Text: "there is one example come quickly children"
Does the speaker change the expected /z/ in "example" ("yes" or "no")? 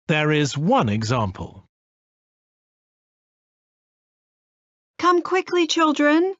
no